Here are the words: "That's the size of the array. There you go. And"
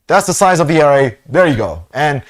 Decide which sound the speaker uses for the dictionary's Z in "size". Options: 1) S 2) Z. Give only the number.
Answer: 2